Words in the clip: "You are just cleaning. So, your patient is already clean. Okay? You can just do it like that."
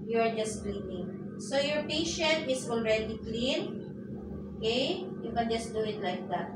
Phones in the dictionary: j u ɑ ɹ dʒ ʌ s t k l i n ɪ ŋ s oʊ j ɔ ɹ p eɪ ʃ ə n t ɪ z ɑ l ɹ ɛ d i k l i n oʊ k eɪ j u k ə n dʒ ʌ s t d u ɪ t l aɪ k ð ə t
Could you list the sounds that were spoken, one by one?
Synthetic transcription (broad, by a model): j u ɑ ɹ dʒ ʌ s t k l i n ɪ ŋ s oʊ j ɔ ɹ p eɪ ʃ ə n t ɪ s ɑ l ɹ ɛ d i k l i n oʊ k eɪ j u k ə n dʒ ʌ s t d u ɪ t l aɪ k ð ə t